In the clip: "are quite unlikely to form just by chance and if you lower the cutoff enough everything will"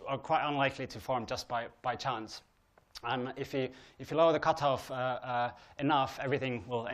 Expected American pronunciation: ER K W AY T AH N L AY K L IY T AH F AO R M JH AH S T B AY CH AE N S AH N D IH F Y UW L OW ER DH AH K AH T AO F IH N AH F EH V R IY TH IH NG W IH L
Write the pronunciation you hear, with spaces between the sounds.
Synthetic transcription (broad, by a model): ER K W AY T AH N L AY K L IY T AH F AO R M JH AH S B B AY CH AE N S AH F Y IH F Y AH L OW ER DH AH K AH T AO F IH N AH F EH V R IY TH IH NG W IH L